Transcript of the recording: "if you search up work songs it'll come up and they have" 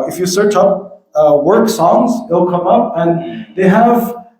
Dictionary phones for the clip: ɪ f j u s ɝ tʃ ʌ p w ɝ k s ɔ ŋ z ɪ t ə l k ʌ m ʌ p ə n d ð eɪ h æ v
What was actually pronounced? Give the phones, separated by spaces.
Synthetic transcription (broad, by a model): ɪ f j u s ɝ tʃ ʌ p w ɝ k s ɔ ŋ z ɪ l k ʌ m ʌ p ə n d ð eɪ h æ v